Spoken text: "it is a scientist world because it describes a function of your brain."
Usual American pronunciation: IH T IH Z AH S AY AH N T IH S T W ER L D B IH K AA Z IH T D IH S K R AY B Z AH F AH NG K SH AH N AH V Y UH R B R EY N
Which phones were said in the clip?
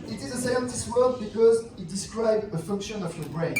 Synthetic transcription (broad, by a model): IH T IH Z AH S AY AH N T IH S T W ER D B IH K AA Z IH T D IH S K R AY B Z AH F AH NG K SH AH N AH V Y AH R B R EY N